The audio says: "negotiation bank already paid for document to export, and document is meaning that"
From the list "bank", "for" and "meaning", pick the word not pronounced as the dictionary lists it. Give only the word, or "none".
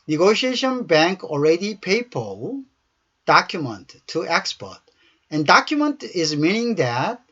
for